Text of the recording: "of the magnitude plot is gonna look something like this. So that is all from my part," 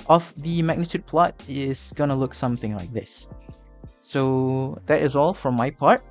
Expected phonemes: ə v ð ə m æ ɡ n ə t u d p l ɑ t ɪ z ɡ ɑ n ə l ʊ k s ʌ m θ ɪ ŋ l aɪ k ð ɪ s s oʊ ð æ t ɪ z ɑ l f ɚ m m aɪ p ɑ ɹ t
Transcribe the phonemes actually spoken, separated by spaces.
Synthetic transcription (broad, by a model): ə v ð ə m æ ɡ n ə t u d p l ɑ t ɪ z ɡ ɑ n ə l ʊ k s ʌ m θ ɪ ŋ l aɪ k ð ɪ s s oʊ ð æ t ɪ z ɑ l f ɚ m m aɪ p ɑ ɹ t